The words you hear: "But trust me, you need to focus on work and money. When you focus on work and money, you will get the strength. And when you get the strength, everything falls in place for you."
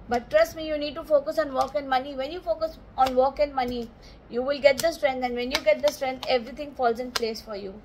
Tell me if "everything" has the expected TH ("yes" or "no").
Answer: no